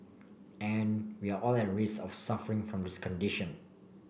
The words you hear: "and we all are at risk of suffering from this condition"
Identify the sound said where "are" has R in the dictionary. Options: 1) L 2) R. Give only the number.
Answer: 1